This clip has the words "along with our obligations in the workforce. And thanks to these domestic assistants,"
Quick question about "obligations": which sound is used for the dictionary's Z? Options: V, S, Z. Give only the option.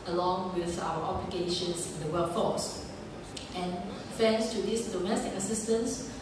S